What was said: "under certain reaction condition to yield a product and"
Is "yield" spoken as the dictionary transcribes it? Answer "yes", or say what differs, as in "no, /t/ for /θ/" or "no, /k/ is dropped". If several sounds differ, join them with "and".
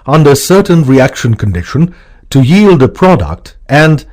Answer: yes